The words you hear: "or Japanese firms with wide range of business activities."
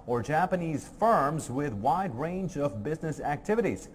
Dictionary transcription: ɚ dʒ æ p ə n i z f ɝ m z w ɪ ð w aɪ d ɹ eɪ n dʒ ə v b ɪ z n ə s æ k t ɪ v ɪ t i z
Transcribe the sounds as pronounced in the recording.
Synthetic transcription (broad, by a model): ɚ dʒ æ p ə n i z f ɝ m z w ɪ ð w aɪ d ɹ eɪ n dʒ ə v b ɪ z n ə s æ k t ɪ v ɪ t i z